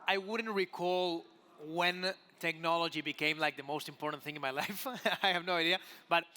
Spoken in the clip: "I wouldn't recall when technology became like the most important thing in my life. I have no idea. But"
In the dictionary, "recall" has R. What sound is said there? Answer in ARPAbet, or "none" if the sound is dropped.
R